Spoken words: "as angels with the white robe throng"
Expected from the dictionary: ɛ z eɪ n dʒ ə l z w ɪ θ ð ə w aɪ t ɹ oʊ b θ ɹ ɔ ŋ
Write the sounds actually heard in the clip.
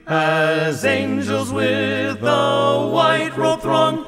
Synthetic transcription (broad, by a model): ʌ z eɪ n dʒ ə l z w ɪ ð ə w aɪ t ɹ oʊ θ ɹ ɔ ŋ